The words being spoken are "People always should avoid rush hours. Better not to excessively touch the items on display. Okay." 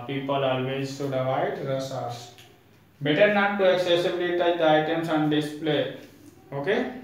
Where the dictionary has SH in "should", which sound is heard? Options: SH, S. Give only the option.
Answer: S